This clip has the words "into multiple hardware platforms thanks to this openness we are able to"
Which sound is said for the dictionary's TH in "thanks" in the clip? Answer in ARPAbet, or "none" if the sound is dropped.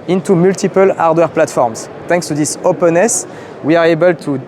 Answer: T